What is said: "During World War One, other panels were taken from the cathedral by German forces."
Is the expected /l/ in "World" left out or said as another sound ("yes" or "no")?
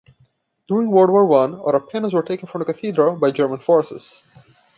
yes